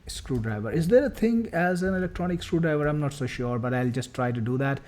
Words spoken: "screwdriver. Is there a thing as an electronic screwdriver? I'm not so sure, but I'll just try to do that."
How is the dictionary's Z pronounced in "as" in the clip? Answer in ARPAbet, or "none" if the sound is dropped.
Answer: Z